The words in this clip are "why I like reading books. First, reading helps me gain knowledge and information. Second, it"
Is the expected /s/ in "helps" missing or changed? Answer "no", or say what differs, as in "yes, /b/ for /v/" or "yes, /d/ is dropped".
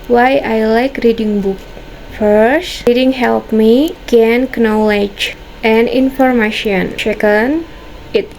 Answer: yes, /s/ is dropped